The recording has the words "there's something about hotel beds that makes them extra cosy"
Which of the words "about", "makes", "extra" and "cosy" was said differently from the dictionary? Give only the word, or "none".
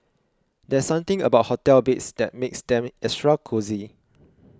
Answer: extra